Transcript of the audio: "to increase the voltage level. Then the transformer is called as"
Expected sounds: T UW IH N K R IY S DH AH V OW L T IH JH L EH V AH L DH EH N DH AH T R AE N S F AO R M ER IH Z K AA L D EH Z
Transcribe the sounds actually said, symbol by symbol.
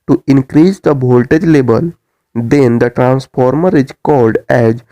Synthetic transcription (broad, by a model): T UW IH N K R IY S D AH B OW L T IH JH L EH B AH L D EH N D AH T R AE N S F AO R M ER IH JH K AA L D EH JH